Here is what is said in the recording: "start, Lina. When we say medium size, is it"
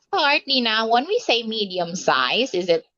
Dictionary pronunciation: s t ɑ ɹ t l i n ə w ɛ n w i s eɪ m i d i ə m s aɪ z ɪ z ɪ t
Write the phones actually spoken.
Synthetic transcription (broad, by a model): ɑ ɹ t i n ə w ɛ n w i s eɪ m i d i ə m s aɪ z ɪ z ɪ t